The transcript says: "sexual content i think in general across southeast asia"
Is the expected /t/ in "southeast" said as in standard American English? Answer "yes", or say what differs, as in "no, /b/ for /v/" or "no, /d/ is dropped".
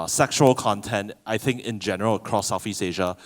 no, /t/ is dropped